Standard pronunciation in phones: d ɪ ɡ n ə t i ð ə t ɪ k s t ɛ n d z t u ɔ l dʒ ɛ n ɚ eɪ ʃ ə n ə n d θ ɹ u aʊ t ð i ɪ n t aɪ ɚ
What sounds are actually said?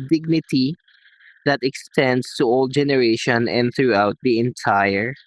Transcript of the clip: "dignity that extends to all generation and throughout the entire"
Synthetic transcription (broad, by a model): d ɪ ɡ n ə t i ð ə t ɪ k s t ɛ n d s t u ɔ l dʒ ɛ n ɚ eɪ ʃ ə n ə n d θ ɹ u aʊ t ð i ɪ n t aɪ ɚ